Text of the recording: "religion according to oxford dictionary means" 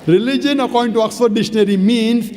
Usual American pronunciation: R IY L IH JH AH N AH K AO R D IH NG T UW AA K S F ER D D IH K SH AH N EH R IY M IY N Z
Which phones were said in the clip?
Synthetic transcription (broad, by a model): R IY L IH JH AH N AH K AO R D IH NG T UW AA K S ER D D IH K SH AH N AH R IY M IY N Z